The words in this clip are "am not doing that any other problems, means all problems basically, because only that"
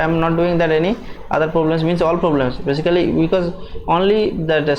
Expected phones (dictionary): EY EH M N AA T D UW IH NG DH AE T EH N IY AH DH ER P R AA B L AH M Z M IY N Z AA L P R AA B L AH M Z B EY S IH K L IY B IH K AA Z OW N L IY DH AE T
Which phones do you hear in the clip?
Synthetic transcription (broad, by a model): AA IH M N AA T D UW IH NG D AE T EH N IY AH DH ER P R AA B L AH M S M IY N S AA L P R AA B L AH M S B EY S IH K L IY B IH K AA Z OW N L IY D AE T